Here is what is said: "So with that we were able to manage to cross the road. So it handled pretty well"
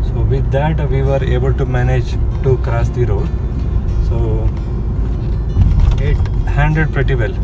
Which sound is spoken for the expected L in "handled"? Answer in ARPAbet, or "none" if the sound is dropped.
none